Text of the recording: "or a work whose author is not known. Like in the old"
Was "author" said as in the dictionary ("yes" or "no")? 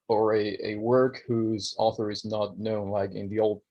yes